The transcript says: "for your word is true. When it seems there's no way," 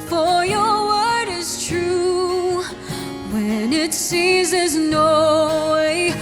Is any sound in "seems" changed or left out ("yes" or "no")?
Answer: yes